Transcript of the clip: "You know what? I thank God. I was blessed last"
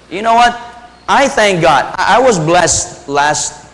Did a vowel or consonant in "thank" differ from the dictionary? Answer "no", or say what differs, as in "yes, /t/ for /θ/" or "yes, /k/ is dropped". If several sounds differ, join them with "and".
no